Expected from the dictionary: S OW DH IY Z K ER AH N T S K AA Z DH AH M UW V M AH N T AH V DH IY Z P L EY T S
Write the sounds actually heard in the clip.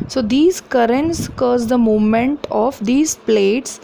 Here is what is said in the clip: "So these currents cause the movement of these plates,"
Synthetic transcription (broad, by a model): S OW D IY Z K ER AH N T S K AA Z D AH M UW M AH N T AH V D IY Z P L EY T S